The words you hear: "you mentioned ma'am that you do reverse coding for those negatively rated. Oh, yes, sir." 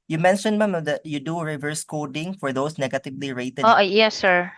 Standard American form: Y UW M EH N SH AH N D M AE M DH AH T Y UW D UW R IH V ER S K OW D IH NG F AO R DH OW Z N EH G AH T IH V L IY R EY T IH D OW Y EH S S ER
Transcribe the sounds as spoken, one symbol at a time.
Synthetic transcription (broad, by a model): Y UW M EH N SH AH N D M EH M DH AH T Y UW D UW R IH V ER S K OW D IH NG F AO R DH OW S N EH G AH T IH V L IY R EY T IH OW Y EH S S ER